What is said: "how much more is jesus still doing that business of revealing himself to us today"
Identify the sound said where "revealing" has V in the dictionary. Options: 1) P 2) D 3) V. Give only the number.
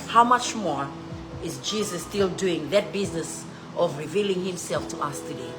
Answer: 3